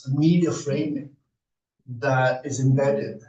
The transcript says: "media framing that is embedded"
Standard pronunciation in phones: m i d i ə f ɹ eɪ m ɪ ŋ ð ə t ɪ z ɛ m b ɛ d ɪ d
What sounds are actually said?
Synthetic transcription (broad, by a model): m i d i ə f ɹ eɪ ɪ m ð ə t ɪ z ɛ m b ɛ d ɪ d